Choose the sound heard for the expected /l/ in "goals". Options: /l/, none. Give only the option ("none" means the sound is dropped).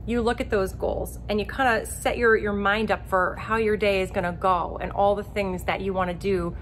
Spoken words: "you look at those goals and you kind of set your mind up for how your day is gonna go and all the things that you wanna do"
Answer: /l/